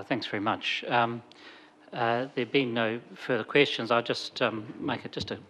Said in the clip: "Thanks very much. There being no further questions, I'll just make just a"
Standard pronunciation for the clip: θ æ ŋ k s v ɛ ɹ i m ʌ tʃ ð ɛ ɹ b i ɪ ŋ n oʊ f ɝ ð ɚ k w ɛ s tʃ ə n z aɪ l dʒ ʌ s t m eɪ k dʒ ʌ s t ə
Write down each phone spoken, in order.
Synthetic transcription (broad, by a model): θ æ ŋ k s v ɛ ɹ i m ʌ tʃ ð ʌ ɹ b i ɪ n oʊ f ɝ ð ɚ k w ɛ s tʃ ə n z aɪ l dʒ ʌ s t m eɪ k dʒ ʌ s t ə